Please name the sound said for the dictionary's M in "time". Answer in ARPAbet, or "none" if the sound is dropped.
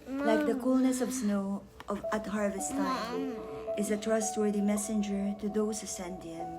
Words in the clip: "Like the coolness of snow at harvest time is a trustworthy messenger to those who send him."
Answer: none